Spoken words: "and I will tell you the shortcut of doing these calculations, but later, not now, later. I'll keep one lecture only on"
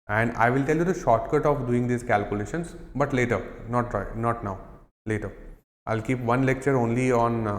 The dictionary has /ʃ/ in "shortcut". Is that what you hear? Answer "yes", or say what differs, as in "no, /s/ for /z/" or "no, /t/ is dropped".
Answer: yes